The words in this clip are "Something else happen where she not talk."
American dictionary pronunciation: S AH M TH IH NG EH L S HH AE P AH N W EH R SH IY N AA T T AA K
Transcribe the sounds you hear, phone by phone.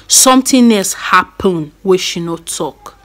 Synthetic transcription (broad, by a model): S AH M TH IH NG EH S HH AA P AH N W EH SH IY N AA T T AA K